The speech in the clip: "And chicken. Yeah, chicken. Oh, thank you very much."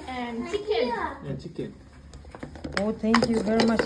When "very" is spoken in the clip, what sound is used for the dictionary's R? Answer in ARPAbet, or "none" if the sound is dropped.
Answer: R